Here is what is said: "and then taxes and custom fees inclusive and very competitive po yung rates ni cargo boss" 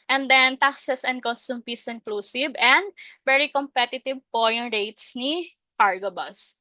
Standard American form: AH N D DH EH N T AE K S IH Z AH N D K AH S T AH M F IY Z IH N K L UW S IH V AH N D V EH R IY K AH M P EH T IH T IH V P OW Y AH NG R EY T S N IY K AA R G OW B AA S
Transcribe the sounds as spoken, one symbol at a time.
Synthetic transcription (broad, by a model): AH N D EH N T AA K S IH S AH N D K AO S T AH M P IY S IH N K L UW S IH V AH N D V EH R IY K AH M P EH T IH T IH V P OW Y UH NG R EY T S N IY K AA R G OW B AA S